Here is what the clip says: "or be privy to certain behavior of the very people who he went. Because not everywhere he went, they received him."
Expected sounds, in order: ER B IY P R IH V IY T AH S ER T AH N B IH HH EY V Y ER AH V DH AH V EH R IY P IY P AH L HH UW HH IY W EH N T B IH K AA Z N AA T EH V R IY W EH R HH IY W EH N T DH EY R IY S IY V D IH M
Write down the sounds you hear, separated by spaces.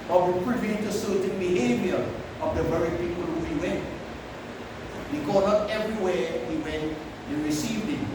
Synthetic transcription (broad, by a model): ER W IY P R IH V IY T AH S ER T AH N B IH HH EY V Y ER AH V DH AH V EH R IY P IY P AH L HH UW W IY W EH N T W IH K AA N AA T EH V R IY W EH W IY W EH N T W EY R IY S IY V D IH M